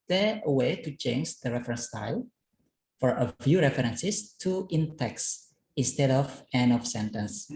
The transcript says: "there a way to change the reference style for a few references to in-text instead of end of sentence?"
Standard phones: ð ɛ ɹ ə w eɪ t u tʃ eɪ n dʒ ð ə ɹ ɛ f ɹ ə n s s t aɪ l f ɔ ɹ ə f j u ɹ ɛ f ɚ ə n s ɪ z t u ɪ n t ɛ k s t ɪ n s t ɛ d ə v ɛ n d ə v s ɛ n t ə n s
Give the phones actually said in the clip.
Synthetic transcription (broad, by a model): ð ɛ ə w eɪ t u tʃ eɪ n dʒ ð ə ɹ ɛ f ɹ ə n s s t aɪ l f ɔ ɹ ə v j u ɹ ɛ f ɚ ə n s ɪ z t u ɪ n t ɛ k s ɪ n s t ɛ d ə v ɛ n ə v s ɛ n t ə n s